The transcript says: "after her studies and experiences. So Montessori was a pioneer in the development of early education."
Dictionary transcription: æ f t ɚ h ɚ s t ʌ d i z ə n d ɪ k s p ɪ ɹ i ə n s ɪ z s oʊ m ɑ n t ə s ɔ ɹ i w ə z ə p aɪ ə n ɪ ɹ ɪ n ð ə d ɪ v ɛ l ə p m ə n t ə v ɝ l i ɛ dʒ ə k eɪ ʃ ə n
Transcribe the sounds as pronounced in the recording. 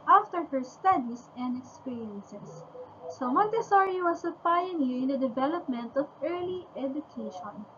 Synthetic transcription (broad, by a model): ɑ f t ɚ h ɚ s t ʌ d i s ə n d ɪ k s p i ɹ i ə n s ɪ s oʊ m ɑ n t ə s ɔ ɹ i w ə s ə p aɪ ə l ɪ ɪ n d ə d ɪ v ɛ l ə p m ə n t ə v ɝ l i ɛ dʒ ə k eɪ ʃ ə n